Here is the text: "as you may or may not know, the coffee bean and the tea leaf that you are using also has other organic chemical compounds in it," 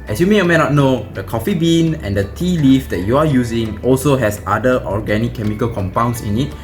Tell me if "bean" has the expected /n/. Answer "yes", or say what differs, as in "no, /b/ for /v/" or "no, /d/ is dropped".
yes